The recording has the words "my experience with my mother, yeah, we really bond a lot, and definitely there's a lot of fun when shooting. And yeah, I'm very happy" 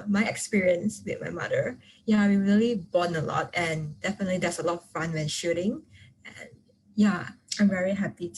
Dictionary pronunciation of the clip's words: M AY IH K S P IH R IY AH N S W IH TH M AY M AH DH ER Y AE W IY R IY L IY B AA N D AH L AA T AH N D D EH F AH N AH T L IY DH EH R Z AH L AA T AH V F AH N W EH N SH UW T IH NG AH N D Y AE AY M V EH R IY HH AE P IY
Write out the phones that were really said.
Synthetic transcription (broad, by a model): M AY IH K S P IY R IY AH N S W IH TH M AY M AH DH ER Y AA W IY R IY L IY B AA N AH L AA T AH N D D EH F AH N AH T L IY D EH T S AH L AA T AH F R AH N W EH N SH UW T IH NG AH N Y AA AY M V EH R IY HH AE P IY